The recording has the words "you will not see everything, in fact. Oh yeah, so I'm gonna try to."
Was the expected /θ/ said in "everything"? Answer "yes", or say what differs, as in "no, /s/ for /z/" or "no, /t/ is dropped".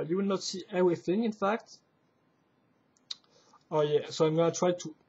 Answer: yes